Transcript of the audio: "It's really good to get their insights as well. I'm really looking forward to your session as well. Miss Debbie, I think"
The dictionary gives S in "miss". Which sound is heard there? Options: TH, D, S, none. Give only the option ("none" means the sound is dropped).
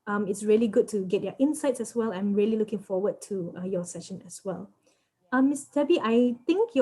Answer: S